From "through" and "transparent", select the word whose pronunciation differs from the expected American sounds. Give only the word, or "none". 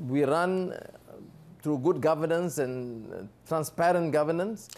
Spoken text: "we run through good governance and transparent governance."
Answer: through